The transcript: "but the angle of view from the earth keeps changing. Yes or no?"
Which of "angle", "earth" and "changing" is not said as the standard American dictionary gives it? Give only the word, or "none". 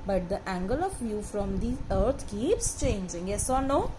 earth